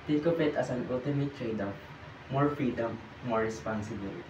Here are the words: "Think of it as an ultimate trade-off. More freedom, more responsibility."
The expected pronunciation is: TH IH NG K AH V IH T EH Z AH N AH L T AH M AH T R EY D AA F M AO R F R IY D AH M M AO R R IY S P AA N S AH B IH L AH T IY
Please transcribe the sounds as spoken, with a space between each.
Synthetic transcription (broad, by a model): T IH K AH P IH T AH S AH N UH L T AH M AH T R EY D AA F M AO R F R IY D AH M M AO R R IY S P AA N S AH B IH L